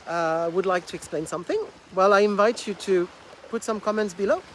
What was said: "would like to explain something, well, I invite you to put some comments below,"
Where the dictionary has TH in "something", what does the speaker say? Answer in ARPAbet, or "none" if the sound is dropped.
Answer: TH